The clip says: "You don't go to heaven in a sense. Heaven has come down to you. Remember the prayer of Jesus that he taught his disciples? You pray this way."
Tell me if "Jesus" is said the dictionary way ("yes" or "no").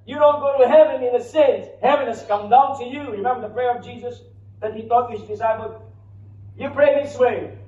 yes